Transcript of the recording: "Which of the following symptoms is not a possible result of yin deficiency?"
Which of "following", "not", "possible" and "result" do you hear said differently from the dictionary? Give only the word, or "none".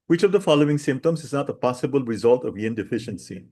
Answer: none